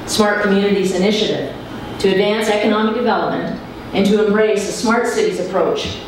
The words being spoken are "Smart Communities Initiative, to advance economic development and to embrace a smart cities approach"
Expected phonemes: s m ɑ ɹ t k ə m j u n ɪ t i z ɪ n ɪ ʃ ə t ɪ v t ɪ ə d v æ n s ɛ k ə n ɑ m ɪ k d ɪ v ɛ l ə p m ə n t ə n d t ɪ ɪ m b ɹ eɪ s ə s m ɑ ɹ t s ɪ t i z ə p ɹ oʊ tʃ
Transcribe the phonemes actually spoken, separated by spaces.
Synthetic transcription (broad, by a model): s m ɑ ɹ t k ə m j u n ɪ t i z ɪ n ɪ ʃ ə t ɪ v t ɪ ə d v æ n s ɛ k ə n ɑ m ɪ k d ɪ v ɛ l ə p m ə n t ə n t ɪ ɪ m b ɹ eɪ s ə s m ɑ ɹ t s ɪ t i z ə p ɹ oʊ tʃ